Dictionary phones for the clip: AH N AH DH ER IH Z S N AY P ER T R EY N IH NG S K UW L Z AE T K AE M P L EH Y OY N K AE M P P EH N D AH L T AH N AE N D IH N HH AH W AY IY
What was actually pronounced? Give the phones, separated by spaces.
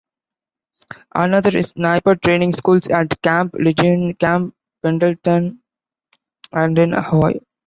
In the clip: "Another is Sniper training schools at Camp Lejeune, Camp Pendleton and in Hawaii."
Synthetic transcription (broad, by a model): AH N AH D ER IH S N AY P ER T R EY N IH NG S K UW L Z AE T K AE M P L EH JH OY N K AE M P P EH N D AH L T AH N AE N D IH N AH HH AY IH